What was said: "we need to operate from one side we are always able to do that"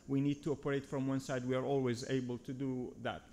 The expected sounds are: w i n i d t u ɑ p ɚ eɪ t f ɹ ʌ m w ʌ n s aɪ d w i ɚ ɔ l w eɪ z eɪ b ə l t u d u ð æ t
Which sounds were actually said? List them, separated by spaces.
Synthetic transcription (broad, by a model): w i n i d t u ɑ p ɚ eɪ t f ɹ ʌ m w ʌ n s aɪ d w i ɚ ɔ l w eɪ z eɪ b ə l t u d u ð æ t